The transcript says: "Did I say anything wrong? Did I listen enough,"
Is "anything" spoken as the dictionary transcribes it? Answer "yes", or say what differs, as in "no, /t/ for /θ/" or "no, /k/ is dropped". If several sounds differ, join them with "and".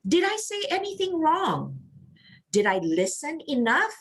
yes